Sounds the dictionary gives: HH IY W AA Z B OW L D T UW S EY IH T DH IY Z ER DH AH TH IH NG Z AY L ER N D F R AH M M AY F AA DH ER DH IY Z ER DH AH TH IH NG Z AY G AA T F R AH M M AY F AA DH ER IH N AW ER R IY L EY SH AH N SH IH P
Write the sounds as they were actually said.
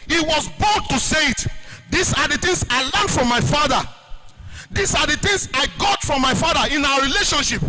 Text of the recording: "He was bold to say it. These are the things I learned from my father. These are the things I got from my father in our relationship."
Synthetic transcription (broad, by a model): HH IY W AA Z B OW D T UW S EY IH T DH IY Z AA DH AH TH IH NG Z AY L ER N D F R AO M M AY F AA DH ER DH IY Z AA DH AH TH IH NG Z AY G AA T F R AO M M AY F AA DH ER IH N AW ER R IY L EY SH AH N SH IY P